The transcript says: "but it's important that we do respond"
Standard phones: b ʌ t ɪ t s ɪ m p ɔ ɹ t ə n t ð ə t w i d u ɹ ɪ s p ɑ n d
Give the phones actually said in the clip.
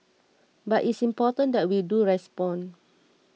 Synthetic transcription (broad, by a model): b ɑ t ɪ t s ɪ m p ɔ t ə n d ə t w i d u ɹ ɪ s p ɑ n